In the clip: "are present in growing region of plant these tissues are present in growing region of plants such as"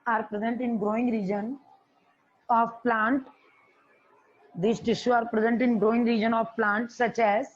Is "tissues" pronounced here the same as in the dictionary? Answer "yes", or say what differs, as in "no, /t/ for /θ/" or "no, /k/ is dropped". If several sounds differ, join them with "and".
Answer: no, /z/ is dropped